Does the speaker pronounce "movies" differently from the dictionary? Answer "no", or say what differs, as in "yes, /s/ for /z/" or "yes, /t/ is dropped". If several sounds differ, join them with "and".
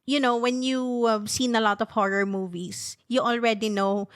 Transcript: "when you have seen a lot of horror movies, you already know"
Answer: yes, /s/ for /z/